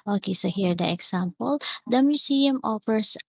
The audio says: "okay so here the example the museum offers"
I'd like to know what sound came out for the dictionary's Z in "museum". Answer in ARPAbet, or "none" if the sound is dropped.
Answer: S